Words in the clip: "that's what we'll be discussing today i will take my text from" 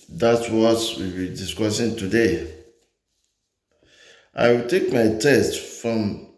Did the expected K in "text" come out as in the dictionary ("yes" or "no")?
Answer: no